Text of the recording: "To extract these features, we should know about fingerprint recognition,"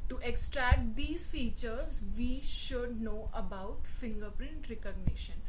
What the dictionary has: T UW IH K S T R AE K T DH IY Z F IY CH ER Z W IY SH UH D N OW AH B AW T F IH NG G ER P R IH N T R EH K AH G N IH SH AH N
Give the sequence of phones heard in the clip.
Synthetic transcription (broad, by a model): T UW IH K S T R AE K T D IY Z F IY CH ER Z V IY SH UH D N OW AH B AW T F IH NG G ER P R IH N T R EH K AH G N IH SH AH N